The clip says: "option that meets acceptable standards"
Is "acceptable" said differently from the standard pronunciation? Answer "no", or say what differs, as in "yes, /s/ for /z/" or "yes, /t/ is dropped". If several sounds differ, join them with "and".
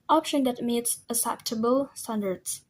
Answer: yes, /k/ is dropped